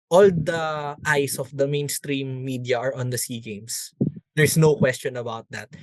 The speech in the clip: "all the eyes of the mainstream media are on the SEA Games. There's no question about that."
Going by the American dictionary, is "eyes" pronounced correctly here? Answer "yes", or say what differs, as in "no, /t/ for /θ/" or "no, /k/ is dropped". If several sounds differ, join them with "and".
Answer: no, /s/ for /z/